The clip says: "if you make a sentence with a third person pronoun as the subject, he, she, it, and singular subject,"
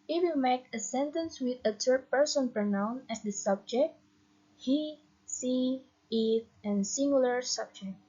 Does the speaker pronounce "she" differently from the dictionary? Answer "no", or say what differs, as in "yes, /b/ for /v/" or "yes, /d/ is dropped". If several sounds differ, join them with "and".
yes, /s/ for /ʃ/